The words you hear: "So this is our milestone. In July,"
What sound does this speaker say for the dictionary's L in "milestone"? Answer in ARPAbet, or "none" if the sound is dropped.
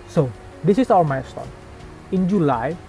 none